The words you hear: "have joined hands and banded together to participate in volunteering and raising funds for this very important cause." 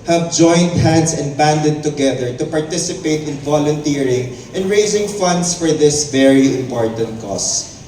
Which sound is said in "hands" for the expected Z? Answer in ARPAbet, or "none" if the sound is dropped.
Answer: S